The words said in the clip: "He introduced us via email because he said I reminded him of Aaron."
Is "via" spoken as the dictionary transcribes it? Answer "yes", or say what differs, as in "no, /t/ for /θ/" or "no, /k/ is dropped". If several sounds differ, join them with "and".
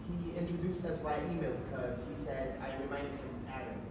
no, /b/ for /v/